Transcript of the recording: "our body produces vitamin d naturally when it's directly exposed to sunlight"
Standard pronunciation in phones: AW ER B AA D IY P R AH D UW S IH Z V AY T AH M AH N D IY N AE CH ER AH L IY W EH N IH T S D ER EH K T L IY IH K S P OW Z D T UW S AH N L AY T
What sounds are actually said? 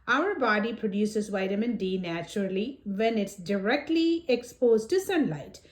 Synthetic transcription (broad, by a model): AW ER B AA D IY P R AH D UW S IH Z V AY T AH M AH N D IY N AE CH ER AH L IY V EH N IH T S D ER EH K T L IY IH K S P OW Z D T UW S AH N L AY T